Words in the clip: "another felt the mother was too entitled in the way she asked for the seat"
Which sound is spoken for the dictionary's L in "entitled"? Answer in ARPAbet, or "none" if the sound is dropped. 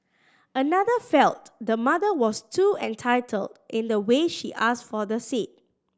L